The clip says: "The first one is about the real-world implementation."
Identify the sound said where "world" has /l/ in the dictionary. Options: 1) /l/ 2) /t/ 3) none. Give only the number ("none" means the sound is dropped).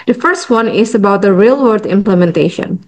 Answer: 3